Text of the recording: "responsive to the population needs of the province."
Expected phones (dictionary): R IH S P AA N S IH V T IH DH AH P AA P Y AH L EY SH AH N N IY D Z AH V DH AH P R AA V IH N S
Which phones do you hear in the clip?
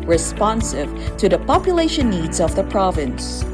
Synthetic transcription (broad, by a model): R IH S P AA N S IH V T IH DH AH P AA P Y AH L EY SH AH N N IY D Z AH V DH AH P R AA V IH N S